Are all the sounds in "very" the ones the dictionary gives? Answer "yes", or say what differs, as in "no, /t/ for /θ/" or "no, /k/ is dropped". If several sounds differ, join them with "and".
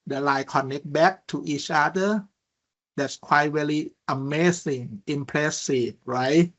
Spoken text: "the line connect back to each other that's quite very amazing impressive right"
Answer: no, /l/ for /ɹ/